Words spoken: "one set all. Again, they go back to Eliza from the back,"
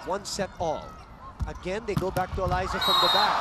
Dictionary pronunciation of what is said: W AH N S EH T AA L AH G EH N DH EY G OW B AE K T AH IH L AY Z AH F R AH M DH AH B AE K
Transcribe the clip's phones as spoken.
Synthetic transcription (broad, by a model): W AH N S EH T AA L AH G EH N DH EY G OW B AE K T AH IH L AY Z AH F R AH M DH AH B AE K